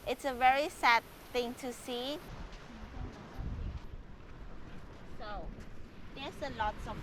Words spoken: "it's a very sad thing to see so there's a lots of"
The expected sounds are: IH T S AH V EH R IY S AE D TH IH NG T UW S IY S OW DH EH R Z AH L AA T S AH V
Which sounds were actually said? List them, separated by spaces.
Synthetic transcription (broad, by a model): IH T S AH V EH R IY S AE D TH IH NG T UW S IY S OW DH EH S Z AH L AA T S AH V